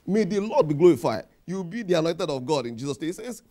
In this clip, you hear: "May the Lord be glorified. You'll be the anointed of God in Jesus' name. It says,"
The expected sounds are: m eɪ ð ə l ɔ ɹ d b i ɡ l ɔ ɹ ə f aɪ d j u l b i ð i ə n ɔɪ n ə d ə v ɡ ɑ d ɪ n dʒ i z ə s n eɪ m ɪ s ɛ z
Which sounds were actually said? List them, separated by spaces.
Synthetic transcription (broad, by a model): m eɪ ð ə l ɔ d b i ɡ l ɔ ɹ ə f aɪ d j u w b i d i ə n ɔɪ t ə d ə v ɡ ɑ d ɪ n dʒ i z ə s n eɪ ɪ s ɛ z